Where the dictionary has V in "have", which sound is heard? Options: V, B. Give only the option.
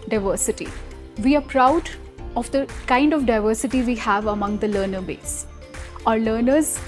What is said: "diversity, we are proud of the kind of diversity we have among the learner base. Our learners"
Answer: V